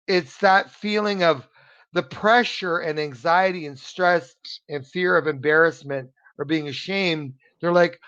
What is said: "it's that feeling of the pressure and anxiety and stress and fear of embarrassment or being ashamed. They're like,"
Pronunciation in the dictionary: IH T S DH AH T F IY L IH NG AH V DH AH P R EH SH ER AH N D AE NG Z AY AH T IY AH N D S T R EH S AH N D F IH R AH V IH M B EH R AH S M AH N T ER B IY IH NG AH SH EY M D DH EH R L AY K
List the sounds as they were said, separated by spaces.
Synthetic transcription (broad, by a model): IH T S DH AH T F IY L IH NG AH V DH AH P R EH SH ER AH N AE NG Z AY AH T IY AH N S T R EH S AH N F IH R AH V IH M B EH R AH S M AH N T ER B IY IH NG AH SH EY M D DH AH R L AY K